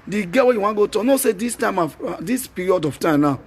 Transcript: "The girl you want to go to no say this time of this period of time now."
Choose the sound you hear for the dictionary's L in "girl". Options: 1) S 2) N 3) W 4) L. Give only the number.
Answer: 3